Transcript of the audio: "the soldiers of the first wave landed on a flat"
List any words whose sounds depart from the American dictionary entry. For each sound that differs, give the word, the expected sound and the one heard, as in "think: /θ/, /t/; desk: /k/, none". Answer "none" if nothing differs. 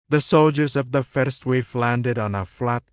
wave: /v/, /f/